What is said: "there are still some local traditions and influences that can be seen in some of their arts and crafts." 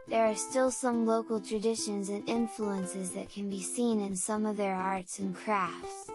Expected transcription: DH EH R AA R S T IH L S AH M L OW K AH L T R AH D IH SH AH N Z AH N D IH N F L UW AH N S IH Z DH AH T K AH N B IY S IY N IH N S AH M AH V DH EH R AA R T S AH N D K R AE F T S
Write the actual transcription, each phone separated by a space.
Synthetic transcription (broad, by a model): DH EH R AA R S T IH L S AH M L OW K L T R AH D IH SH AH N Z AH N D IH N F L UW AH N S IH Z DH AH T K AH N B IY S IY N IH N S AH M AH V DH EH R AA R T S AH N K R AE F T S